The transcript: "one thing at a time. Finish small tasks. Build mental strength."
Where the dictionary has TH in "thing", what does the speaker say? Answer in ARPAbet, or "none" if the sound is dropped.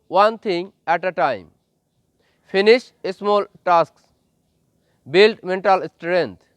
T